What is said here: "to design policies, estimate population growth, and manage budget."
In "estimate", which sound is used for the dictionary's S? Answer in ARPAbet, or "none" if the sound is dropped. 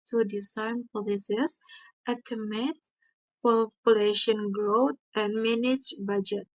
none